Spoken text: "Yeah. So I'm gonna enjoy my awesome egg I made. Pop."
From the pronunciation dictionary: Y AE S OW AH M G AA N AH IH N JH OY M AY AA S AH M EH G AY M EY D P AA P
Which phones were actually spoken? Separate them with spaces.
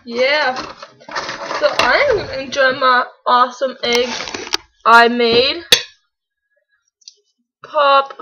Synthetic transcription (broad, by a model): Y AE S OW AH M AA AH IH N JH OY M AY AA S AH M EH G AY M EY D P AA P